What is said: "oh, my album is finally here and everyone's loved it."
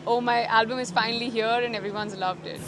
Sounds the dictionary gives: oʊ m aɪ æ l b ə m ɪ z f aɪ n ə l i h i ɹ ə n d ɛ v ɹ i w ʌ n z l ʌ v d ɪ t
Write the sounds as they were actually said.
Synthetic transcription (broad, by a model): oʊ m aɪ æ l b ə m ɪ z f aɪ n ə l i h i ɹ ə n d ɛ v ɹ i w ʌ n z l ʌ v d ɪ t